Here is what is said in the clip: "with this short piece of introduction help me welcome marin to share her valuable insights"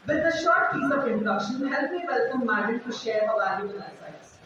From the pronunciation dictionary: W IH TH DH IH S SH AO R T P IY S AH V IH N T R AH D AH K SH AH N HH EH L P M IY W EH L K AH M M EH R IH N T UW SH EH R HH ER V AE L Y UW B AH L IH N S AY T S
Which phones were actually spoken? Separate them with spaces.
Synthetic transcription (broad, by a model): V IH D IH SH AO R T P IY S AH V IH N T R AH D AH K SH AH N HH EH L P M IY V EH L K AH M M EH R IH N T UW SH EH R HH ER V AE L Y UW AH N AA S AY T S